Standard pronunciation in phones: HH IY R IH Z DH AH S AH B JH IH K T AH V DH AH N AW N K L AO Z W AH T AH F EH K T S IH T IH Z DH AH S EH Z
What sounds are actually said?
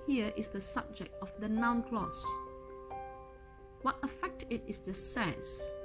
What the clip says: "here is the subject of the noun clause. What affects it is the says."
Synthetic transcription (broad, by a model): HH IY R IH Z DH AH S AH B JH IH K T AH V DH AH N AW N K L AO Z W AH T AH F EH K T IH T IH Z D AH S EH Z